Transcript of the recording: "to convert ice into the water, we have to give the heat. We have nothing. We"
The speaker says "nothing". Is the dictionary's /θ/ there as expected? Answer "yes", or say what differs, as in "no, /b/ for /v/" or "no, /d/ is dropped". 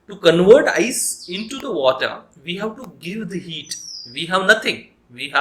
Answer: no, /t/ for /θ/